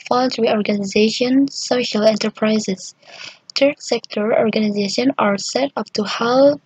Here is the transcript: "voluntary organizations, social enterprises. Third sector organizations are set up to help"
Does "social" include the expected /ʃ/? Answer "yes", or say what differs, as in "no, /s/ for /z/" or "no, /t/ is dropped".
yes